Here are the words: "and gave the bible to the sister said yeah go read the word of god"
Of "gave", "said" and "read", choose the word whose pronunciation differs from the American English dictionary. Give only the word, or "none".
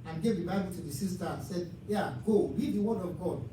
read